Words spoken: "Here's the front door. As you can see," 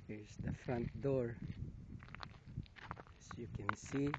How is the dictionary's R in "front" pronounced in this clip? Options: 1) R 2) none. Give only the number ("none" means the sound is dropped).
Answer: 1